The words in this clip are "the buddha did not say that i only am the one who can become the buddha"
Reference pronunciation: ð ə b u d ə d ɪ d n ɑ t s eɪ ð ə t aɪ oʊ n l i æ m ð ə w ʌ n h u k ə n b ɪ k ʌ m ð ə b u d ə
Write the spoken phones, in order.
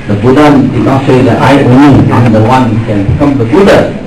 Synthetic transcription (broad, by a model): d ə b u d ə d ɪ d n ɑ t s eɪ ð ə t aɪ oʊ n i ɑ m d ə w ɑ n h u k ə n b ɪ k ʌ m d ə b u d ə